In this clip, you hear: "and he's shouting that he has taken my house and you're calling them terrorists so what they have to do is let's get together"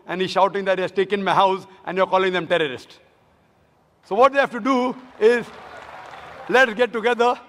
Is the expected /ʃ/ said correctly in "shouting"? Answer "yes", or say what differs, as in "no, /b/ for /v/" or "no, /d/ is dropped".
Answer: yes